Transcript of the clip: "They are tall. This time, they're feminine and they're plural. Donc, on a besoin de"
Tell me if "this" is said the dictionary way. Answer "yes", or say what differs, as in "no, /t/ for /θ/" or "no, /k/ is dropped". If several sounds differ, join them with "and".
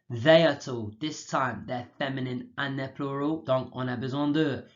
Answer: yes